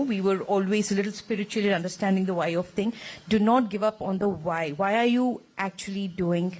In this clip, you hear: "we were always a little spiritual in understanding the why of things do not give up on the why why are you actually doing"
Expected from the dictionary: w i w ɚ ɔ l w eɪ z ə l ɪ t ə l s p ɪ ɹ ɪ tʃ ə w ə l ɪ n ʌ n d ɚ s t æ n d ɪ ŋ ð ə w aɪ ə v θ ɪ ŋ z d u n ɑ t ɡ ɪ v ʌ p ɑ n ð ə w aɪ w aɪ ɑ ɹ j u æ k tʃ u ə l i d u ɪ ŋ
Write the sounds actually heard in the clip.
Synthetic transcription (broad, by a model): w i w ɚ ɔ l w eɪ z ə l ɪ t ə l s p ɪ ɹ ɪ tʃ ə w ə l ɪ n ʌ n d ɚ s t æ n d ɪ ŋ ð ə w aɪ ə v t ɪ ŋ d u n ɑ t ɡ ɪ v ʌ p ɑ n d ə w aɪ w aɪ ɑ ɹ j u æ k tʃ u ə l i d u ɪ ŋ